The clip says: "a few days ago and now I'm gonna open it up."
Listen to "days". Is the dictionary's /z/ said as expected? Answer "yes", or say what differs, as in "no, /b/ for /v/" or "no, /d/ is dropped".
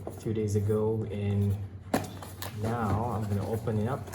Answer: yes